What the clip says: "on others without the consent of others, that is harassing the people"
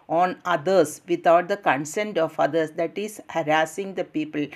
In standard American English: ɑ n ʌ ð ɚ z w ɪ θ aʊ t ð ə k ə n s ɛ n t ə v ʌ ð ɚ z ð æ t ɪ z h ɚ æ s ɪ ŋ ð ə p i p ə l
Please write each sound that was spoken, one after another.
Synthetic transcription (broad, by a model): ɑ n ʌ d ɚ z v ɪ t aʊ t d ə k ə n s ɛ n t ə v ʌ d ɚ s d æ t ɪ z h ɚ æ s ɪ ŋ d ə p i p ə l